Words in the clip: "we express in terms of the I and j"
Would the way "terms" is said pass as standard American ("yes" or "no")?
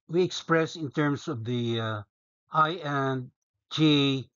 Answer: no